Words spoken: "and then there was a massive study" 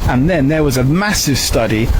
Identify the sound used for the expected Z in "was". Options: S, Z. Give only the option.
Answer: Z